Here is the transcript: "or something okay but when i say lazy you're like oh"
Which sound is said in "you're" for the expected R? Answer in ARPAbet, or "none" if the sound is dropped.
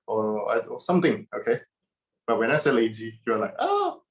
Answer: W